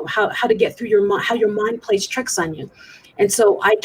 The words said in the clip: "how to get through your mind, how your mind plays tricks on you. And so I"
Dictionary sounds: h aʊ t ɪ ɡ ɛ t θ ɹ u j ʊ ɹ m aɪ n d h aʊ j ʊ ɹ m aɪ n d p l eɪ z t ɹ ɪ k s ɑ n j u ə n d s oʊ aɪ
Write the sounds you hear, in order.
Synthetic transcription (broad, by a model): h aʊ t ɪ ɡ ɛ t θ ɹ u j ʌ ɹ m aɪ h aʊ j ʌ ɹ m aɪ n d p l eɪ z t ɹ ɪ k s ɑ n j u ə n s oʊ aɪ